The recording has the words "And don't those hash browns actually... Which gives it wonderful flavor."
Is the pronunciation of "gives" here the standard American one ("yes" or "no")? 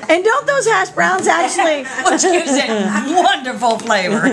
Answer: no